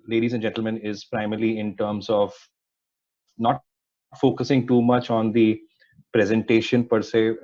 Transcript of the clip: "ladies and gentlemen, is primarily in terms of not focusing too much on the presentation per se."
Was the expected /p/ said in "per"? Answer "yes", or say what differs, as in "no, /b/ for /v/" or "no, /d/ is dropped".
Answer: yes